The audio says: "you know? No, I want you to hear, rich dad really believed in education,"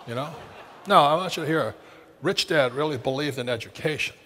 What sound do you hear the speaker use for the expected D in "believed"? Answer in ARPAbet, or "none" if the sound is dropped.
D